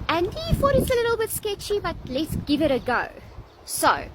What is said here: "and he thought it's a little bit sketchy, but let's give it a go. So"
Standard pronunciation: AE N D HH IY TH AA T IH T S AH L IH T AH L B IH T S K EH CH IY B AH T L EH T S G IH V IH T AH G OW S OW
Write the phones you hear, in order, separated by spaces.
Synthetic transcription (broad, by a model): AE N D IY F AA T IH T S AH L IH T AH L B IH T S K EH CH IY B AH T L EH T S G IH V IH T AH G OW S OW